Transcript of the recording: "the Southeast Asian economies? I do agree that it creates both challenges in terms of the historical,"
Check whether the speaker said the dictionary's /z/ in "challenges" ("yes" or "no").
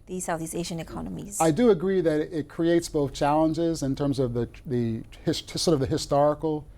yes